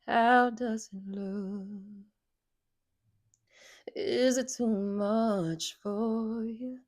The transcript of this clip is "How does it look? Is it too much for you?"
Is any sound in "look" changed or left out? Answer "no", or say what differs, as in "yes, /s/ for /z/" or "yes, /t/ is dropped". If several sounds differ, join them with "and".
yes, /k/ is dropped